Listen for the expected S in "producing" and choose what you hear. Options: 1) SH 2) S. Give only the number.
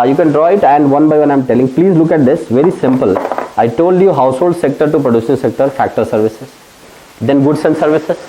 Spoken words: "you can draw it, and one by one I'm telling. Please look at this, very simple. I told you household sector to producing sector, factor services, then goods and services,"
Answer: 1